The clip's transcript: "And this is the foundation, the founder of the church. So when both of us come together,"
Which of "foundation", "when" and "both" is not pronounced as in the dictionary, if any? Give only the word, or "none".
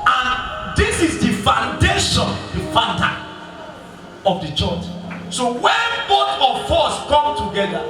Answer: both